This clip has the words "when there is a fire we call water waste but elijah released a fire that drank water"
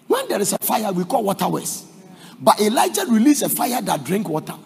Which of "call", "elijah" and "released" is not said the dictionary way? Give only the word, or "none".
released